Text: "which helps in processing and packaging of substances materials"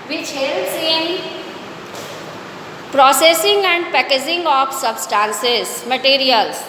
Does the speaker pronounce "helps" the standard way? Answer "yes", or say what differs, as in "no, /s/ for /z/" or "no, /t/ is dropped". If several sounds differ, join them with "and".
no, /p/ is dropped